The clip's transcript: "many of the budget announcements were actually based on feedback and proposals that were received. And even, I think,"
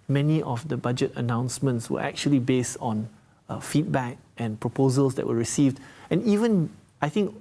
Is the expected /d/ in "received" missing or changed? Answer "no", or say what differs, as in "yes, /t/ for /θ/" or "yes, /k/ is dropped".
no